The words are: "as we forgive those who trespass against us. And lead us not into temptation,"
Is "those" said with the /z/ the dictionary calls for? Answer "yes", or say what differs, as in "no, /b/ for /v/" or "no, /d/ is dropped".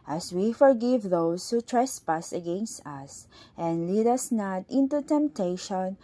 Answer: no, /s/ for /z/